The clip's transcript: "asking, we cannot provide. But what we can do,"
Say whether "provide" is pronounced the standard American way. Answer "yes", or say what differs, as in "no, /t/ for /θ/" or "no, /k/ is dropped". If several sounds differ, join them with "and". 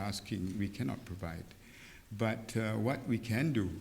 yes